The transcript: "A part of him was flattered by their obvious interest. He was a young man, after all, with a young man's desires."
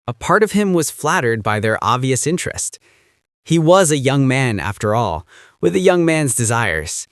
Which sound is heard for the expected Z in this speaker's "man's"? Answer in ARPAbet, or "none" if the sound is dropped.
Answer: Z